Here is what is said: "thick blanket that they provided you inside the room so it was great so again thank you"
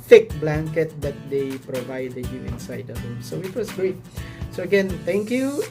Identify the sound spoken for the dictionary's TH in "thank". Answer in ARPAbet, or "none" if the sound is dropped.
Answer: T